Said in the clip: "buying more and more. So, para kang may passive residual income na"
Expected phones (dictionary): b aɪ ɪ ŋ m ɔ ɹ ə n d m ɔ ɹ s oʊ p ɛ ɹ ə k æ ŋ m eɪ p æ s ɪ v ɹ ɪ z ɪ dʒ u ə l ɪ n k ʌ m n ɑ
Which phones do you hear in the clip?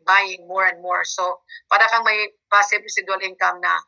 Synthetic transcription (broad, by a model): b aɪ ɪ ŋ m ɔ ɹ ə n d m ɔ ɹ s oʊ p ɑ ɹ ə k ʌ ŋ m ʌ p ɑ s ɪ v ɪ s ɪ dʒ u l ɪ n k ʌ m n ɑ